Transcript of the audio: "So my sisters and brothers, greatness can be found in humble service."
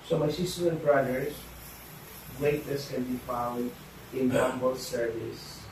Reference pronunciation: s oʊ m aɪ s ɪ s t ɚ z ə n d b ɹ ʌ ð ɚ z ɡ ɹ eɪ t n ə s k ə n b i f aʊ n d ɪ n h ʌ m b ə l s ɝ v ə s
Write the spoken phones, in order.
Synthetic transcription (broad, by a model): s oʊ m aɪ s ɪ s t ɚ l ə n b ɹ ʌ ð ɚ s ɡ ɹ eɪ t ə s k ə n b i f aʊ l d ɪ n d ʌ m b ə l s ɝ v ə s